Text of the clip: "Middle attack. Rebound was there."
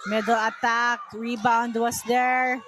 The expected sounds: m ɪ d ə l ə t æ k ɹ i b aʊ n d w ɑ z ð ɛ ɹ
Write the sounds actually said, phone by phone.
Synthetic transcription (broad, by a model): m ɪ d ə l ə t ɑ k ɹ i b aʊ n d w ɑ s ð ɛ ɹ